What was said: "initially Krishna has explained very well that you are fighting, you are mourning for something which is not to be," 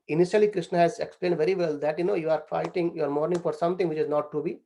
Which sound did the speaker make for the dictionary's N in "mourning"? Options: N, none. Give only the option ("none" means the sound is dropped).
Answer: N